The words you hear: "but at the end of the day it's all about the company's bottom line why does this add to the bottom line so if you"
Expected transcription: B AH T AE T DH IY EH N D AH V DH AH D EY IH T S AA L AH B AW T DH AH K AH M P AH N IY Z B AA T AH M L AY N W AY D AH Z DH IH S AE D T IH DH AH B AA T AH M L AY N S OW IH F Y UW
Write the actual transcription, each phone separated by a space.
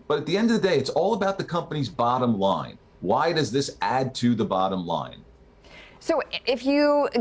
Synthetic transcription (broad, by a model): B AH T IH T DH IY EH N D AH V DH AH D EY IH T S AA L AH B AW T DH AH K AH M P AH N IY Z B AA T AH M L AY N W AY D AH Z DH IH S AE D T IH DH AH B AA T AH M L AY N S OW IH F Y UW